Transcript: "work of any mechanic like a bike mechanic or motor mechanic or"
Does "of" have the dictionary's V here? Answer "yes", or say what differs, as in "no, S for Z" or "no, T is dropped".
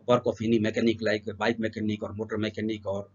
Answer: no, P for V